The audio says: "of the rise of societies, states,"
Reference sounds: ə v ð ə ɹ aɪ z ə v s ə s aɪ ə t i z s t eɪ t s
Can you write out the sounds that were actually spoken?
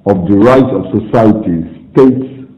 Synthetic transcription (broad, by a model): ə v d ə ɹ aɪ s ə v s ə s aɪ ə t i s t eɪ t s